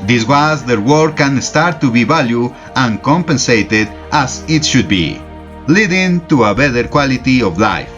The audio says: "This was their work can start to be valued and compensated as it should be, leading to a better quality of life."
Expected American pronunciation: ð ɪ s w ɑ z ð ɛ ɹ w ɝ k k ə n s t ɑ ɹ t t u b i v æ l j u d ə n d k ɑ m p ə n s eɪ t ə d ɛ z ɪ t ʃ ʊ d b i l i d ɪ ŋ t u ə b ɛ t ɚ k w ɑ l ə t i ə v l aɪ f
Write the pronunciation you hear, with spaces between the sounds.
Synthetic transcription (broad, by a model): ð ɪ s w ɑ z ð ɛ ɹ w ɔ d k ə n s t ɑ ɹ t t u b i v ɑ l j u ə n k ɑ m p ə n s eɪ t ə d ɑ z ɪ t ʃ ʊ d b i l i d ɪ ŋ t u ə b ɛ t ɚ k w ɑ l ə t i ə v l aɪ f